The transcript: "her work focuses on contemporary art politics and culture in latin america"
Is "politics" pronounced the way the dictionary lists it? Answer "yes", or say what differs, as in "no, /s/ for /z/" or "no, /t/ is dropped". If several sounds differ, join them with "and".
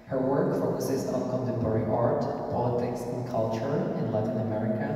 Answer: yes